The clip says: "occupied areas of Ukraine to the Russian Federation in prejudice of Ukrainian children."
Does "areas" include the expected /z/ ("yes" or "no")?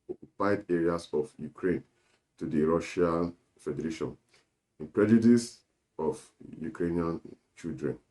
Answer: no